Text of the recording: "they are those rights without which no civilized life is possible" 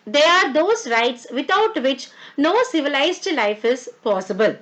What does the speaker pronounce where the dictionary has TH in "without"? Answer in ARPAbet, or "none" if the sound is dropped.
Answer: T